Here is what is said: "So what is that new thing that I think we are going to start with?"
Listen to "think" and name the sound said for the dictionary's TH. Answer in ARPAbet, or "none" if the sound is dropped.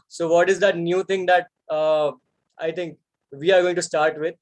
T